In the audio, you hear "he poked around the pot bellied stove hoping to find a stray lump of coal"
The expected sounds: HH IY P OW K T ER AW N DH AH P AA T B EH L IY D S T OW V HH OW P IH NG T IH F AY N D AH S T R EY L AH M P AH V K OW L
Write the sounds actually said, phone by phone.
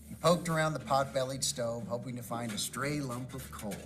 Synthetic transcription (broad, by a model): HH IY P OW K T ER AW N DH AH P AA T B EH L IY D S T OW V HH OW P IH NG T IH F AY N D AH S T R EY L AH M P AH V K OW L